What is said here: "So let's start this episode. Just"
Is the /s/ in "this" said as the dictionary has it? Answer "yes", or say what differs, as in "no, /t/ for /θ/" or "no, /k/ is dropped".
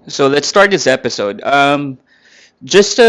yes